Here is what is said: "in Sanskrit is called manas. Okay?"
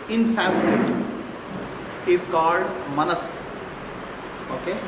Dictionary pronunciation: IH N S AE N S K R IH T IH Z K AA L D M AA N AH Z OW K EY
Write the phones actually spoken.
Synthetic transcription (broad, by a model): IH N S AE S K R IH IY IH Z K AA L D M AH N AH S OW K EY